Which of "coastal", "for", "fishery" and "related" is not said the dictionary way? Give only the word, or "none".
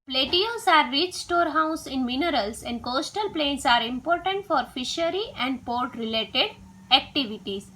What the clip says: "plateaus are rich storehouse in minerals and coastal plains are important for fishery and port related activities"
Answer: none